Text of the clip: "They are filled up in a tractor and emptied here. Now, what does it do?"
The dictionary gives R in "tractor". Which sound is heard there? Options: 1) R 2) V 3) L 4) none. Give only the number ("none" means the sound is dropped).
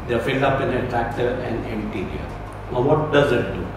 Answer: 1